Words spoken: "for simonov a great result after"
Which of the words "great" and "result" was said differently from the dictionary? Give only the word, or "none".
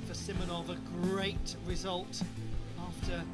none